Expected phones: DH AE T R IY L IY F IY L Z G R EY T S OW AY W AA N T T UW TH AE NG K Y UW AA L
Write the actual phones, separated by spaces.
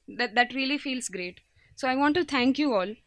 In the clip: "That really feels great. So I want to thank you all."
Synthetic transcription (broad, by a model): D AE T R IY L IY F IY L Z G R EY T S OW AY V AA N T T UW T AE NG K Y UW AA L